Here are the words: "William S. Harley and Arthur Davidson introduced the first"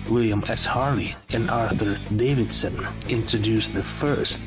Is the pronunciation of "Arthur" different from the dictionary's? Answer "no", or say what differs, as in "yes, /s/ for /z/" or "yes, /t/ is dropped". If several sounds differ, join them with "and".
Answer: no